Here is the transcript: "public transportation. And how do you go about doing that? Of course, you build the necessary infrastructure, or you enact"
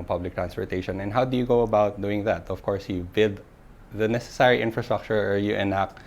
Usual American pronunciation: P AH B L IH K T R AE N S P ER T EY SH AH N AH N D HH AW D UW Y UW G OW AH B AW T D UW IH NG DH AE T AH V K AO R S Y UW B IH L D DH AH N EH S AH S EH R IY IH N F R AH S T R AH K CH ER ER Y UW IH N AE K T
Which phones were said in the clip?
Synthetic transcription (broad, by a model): P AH B L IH K T R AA N S P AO T EY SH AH N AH N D HH AW D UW Y UW G OW AH B AW T D UW IH NG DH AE T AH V K AO R S Y UW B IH D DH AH N EH S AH S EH R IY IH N F R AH S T R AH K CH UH ER Y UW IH N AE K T